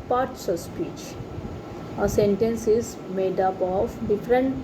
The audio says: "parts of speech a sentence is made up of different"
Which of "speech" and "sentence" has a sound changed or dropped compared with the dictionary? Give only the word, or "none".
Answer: none